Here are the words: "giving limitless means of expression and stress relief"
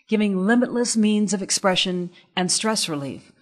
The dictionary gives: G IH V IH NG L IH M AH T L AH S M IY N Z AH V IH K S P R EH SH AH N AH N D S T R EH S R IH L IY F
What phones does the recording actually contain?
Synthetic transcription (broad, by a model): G IH V IH NG L IH M AH T L AH S M IY N Z AH V IH K S P R EH SH AH N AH N S T R EH S R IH L IY F